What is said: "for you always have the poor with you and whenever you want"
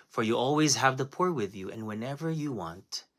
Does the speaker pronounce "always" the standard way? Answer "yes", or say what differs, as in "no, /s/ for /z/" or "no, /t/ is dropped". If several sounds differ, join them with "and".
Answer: yes